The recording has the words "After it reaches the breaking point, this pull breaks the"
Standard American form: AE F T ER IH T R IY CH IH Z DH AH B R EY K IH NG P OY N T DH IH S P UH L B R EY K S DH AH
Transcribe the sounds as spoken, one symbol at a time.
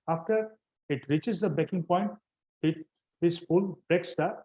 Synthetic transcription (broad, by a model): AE F T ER IH T R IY CH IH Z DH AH B EY K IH NG P OY N T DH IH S F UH L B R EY K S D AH